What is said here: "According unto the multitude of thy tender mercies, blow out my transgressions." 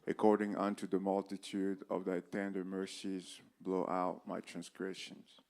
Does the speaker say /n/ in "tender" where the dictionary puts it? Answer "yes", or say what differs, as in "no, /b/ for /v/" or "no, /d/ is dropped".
yes